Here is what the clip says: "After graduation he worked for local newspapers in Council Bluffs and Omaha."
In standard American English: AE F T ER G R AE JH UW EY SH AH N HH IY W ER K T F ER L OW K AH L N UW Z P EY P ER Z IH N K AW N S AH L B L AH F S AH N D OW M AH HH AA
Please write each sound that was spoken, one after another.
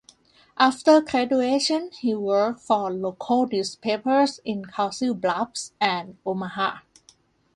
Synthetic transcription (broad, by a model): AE F T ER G R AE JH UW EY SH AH N HH IY W ER K T F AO L OW K AH L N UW S P EY P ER S IH N K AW S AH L B L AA P S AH N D OW M AH HH AA